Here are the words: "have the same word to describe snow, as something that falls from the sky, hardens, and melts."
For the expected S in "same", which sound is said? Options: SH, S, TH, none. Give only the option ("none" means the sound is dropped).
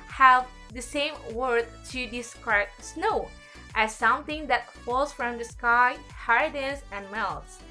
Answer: S